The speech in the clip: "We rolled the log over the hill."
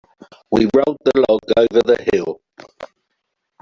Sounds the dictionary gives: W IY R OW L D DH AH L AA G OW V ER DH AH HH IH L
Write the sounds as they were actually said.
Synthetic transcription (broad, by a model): W IY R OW D DH AH L AA G OW V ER DH AH HH IH L